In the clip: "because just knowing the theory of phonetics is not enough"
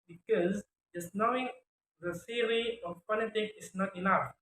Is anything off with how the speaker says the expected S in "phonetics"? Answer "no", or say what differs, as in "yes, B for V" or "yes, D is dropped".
yes, S is dropped